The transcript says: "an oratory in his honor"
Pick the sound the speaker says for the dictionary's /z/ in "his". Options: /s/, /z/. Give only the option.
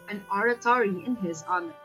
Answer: /z/